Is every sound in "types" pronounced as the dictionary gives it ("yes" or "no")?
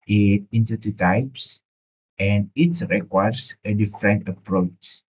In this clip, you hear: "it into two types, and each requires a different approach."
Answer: yes